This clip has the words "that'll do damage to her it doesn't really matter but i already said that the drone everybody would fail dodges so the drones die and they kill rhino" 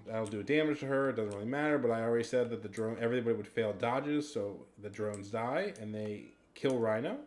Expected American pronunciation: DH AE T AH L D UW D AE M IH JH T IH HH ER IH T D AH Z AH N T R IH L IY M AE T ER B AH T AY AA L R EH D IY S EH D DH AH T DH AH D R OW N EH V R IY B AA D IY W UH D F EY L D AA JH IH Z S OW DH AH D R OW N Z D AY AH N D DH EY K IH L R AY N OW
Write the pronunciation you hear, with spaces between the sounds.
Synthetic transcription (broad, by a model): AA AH L D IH D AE M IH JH T IH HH ER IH T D AH Z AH N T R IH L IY M AE T ER B AH T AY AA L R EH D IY S EH D DH AH T DH AH D R OW N EH V R IY B AA D IY W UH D F EY L D AA JH IH Z S OW DH AH D R OW N Z D AY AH N DH EY K IH L R AY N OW